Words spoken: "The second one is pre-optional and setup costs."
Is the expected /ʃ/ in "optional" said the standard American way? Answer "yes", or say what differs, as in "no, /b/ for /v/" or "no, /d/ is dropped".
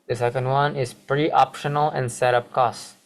yes